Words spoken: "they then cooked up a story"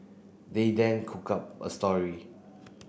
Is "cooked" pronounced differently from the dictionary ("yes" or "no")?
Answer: yes